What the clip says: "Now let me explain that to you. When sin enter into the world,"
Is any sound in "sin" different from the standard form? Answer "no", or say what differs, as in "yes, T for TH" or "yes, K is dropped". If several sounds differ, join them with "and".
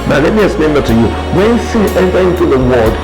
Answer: yes, N is dropped